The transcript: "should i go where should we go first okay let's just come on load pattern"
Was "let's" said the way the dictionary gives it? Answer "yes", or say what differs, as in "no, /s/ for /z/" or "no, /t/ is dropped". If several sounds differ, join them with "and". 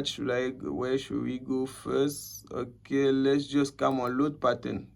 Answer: yes